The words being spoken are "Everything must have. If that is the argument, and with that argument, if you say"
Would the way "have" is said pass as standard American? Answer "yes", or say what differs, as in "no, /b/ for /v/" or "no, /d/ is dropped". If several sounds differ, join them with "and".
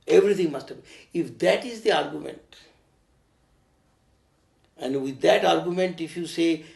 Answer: no, /b/ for /v/